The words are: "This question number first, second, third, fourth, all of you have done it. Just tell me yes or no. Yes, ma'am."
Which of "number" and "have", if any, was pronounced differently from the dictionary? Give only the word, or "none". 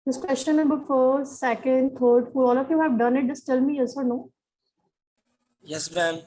number